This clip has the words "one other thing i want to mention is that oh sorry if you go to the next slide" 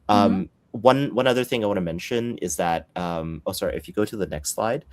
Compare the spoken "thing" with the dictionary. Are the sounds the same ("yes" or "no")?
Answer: yes